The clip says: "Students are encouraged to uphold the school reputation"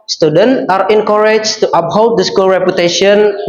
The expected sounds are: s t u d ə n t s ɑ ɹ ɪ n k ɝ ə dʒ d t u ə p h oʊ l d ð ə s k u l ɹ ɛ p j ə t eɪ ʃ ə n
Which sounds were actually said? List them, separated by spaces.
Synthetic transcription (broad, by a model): s t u d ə n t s ɑ ɹ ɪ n k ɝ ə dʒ t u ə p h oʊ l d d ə s k u l ɹ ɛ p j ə t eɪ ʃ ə n